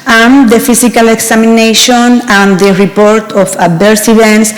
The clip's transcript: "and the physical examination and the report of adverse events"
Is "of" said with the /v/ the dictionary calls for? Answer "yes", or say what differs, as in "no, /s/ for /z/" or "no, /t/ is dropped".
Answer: no, /f/ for /v/